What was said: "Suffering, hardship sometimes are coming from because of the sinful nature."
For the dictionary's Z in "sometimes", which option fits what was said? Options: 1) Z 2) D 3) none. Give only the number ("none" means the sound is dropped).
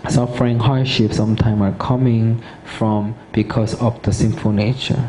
3